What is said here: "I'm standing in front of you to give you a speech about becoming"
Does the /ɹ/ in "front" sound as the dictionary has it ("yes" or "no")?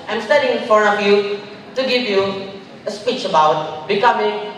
no